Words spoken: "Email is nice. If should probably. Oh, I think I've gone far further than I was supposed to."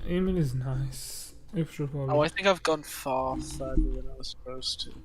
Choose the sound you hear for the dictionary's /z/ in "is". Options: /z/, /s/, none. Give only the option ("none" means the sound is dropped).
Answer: /z/